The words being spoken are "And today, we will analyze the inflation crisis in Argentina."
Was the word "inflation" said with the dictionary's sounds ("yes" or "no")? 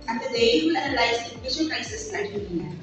no